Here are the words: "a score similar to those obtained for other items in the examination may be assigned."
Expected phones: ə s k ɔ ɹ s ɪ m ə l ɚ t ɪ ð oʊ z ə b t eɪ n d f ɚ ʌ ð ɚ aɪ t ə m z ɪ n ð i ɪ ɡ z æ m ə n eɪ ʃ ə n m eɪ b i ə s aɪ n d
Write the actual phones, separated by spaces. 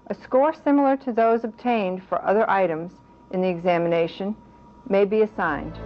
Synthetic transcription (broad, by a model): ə s k ɔ ɹ s ɪ m l ɚ t ɪ ð oʊ z ə b t eɪ n d f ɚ ʌ ð ɚ aɪ t ə m z ɪ n ð i ɪ ɡ z æ m ə n eɪ ʃ ə n m eɪ b i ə s aɪ n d